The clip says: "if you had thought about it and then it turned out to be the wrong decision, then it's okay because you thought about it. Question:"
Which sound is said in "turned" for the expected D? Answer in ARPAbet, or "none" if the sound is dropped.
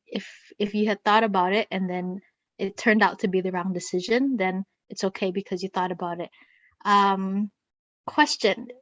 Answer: D